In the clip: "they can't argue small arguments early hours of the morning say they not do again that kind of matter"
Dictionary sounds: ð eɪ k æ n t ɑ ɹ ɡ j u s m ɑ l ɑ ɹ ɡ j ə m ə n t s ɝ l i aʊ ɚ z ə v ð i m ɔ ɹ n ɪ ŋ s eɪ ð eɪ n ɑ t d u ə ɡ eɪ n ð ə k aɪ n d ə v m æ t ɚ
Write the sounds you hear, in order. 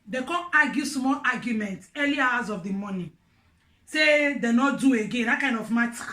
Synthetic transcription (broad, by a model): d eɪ k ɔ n ɑ ɡ j u s m ɑ l ɑ ɡ j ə m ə n t ɝ l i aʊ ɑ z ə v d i m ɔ n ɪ s eɪ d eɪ n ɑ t d u ə ɡ eɪ n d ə k aɪ n d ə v m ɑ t